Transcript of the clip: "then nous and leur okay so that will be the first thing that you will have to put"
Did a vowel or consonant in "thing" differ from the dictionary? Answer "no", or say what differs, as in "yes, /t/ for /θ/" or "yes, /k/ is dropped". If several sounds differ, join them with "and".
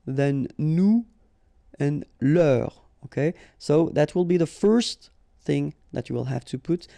no